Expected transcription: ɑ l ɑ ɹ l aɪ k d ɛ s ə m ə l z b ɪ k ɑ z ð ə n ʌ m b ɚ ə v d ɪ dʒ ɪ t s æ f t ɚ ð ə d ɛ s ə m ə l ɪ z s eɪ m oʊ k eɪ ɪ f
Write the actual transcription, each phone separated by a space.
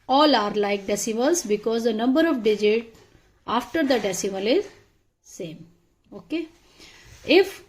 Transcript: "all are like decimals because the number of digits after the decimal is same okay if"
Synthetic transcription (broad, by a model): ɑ l ɑ ɹ l aɪ k d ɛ s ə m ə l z b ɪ k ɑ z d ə n ʌ m b ɚ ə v d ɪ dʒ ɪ t ɑ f t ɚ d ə d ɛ s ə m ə l ɪ z s eɪ m oʊ k eɪ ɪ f